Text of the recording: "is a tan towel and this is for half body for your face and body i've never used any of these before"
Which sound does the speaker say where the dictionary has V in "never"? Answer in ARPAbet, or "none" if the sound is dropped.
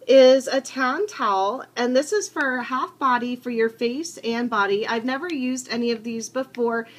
V